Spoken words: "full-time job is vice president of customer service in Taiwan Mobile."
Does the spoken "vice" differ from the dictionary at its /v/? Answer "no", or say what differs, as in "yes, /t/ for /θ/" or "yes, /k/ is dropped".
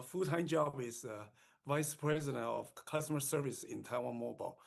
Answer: no